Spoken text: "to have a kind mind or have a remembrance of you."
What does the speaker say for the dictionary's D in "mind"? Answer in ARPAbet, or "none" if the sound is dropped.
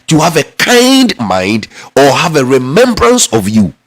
D